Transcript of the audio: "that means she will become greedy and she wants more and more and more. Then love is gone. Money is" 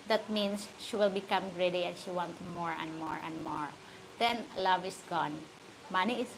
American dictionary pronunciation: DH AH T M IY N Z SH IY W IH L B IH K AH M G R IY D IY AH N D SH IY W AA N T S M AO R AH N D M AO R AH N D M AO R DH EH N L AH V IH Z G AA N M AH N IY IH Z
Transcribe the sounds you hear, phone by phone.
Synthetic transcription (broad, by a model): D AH T M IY N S SH IY W IH L B IH K AH M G R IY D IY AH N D SH IY W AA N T M AO R AH N D M AO R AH N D M AO R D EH N L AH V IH S G AA N M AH N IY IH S